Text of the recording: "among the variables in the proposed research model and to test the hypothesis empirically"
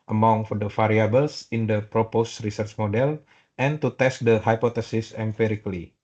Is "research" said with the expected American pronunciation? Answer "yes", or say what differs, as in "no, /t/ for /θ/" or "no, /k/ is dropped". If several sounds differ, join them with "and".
yes